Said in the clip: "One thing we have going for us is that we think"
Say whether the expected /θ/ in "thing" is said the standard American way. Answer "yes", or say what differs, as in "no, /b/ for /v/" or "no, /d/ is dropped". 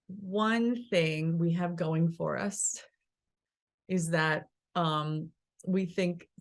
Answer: yes